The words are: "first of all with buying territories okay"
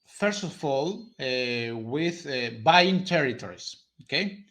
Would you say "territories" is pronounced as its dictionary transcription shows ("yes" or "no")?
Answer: no